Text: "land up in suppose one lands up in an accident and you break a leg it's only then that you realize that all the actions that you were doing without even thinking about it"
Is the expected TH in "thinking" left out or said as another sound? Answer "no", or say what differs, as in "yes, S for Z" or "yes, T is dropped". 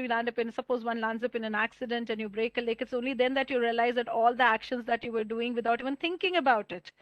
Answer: yes, T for TH